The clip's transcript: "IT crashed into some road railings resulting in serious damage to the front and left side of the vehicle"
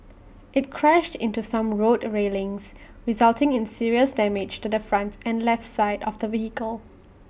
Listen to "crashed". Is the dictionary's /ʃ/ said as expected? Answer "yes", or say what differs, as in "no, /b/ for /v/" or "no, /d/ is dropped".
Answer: yes